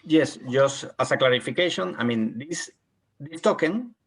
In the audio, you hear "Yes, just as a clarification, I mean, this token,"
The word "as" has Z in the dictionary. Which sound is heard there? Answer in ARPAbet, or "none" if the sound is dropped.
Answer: S